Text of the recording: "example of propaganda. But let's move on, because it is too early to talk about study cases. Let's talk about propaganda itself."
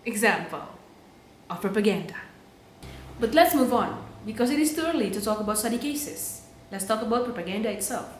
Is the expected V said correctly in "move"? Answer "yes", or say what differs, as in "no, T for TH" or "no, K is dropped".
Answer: yes